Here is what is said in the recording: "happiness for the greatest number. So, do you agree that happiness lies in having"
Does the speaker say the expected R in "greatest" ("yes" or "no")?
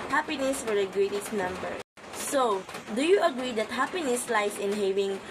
yes